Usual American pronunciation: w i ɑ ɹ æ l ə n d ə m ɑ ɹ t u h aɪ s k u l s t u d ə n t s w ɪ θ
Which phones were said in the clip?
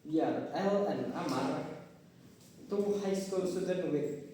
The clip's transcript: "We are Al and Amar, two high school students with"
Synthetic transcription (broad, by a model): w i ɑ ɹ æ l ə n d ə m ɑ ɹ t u h aɪ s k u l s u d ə t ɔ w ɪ